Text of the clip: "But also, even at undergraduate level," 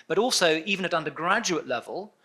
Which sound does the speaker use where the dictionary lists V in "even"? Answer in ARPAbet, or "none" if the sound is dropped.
V